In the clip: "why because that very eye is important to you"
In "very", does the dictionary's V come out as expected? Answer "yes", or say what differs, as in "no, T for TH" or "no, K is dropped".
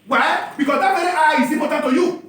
no, W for V